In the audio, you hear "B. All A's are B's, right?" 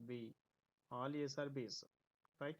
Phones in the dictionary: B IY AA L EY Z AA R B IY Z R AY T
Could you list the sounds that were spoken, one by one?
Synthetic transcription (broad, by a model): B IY AA L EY S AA R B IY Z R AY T